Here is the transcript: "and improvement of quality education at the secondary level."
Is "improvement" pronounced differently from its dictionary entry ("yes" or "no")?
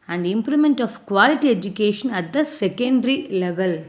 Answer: yes